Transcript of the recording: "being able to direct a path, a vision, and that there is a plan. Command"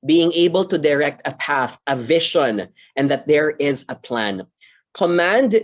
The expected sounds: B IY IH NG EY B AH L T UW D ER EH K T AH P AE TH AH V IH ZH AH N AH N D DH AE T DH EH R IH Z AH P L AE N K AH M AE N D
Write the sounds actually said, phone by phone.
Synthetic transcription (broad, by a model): B IY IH NG EY B AH L T UW D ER EH K T AH P AE TH AH V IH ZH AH N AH N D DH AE T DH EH R IH Z AH P L AE N K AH M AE N D